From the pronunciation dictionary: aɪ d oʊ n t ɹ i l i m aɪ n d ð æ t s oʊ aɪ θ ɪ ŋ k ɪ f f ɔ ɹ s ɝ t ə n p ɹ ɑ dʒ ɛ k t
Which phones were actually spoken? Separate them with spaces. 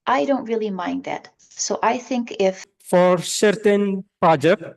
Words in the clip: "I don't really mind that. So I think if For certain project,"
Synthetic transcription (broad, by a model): aɪ d oʊ n t ɹ i l i m aɪ n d ð æ t s oʊ aɪ θ ɪ ŋ k ɪ f f ɔ ɹ s ɝ t ə n p ɹ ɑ dʒ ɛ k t